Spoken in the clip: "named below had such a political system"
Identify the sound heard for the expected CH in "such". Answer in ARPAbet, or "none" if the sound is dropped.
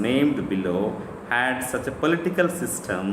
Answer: CH